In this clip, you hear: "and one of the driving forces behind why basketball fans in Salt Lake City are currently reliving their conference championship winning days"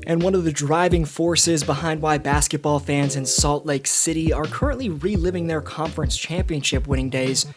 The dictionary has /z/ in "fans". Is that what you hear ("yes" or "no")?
yes